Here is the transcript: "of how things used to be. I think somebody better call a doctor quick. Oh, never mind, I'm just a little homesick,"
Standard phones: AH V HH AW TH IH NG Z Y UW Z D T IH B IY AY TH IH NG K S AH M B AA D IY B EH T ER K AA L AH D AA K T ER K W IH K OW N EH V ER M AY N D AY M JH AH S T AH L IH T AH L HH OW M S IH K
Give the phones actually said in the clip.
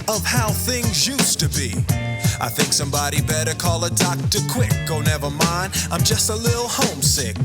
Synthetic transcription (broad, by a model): AH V HH AW TH IH NG Z Y UW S T IH B IY AY TH IH NG K S AH M B AA D IY B EH T ER K AA L AH D AA K T ER K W IH K OW N EH V ER M AY N D AY M JH AH S T AH L IH T L HH OW M S IH K